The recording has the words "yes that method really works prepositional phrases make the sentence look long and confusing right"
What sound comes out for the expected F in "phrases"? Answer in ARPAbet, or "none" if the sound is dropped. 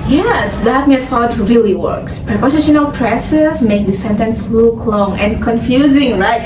P